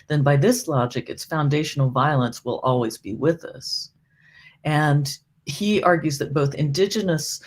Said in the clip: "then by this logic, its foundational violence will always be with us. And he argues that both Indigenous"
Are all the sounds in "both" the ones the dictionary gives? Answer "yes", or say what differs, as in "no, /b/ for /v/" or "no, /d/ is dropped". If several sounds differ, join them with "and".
yes